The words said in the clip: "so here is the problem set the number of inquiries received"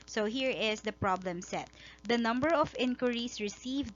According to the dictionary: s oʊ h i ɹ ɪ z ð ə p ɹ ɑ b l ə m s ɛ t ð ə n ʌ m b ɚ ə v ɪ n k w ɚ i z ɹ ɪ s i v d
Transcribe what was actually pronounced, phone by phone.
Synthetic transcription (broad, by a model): s oʊ h i ɹ ɪ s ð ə p ɹ ɑ b l ə m s ɛ t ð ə n ʌ m b ɚ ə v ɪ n k w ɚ i s ɹ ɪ s i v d